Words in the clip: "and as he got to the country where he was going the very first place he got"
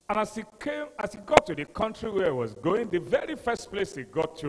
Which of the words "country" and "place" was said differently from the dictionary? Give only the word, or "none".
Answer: none